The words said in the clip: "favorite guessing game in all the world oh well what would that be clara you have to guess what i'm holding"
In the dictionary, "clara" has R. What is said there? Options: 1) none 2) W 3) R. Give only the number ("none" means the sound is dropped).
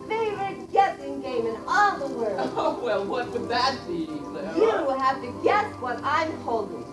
2